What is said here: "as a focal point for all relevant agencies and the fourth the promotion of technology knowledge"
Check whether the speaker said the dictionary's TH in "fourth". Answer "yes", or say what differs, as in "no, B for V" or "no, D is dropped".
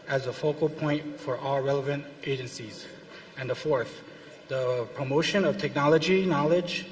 yes